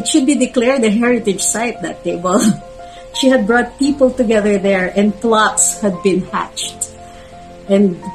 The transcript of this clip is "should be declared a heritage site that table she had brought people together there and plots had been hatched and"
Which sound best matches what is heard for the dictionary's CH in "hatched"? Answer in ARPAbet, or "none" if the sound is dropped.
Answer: CH